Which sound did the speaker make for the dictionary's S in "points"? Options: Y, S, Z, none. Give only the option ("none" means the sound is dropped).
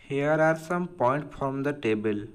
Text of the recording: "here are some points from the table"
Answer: none